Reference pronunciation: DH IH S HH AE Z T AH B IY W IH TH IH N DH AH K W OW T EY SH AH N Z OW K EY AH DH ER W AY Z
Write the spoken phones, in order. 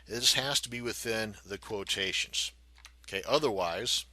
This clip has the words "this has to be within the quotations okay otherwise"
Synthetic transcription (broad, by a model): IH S HH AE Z T AH B IY W IH TH IH N DH AH K W OW T EY SH AH N Z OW K EY AH DH ER W AY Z